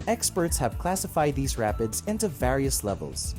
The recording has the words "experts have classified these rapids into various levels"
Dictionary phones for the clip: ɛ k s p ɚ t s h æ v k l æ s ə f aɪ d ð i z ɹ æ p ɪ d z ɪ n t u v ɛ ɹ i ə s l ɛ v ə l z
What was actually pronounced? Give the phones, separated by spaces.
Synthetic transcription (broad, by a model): ɛ k s p ɚ t s h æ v k l æ s ə f aɪ d ð i z ɹ æ p ɪ d z ɪ n t u v ɛ ɹ i ə s l ɛ v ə l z